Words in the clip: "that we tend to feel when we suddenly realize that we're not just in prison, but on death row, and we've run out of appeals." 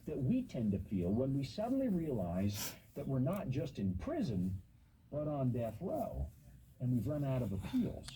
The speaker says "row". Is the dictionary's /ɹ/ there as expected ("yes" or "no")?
no